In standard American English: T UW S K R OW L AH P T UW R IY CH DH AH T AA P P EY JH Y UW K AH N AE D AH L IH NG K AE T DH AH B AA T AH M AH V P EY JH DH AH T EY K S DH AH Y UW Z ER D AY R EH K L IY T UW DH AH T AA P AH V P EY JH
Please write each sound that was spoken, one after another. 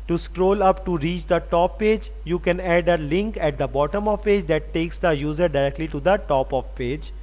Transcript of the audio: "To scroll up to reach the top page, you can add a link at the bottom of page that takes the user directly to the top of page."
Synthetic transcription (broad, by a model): T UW S K R OW L AH P T UW R IY CH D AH T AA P P EY JH Y UW K AH N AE D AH L IH NG K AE T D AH B AA T AH M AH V P EY JH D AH T EY K S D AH Y UW Z ER D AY R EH K L IY T UW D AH T AA P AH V P EY JH